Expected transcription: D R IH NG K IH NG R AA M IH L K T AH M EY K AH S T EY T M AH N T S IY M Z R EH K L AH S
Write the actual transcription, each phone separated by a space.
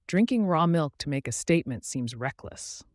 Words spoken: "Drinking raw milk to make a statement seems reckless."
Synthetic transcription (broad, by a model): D R IH NG K IH NG R AA M IH L K T AH M EY K AH S T EY T M AH N T S IY M Z R EH K L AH S